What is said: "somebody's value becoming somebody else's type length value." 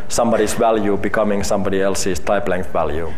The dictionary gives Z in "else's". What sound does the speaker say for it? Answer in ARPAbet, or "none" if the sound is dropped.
S